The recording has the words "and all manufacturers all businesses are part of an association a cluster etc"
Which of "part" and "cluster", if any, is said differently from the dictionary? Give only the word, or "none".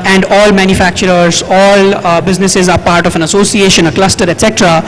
none